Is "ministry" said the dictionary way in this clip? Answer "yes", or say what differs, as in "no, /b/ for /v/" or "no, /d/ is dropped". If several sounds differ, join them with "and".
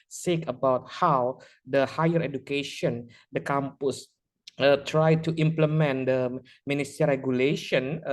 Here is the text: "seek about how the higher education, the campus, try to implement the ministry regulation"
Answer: no, /ɹ/ is dropped